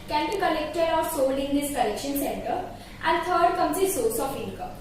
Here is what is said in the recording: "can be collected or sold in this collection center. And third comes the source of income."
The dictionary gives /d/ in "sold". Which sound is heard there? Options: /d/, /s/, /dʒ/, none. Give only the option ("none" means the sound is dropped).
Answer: none